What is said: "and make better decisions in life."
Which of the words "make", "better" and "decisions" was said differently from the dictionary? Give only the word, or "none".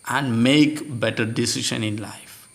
decisions